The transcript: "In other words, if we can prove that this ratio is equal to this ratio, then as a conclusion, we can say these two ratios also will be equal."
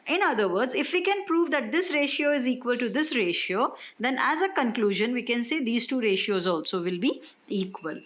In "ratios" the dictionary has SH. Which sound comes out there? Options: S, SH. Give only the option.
SH